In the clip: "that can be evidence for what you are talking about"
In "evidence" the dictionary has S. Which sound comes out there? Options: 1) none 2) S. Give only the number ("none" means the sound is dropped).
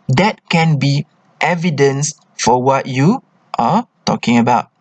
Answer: 2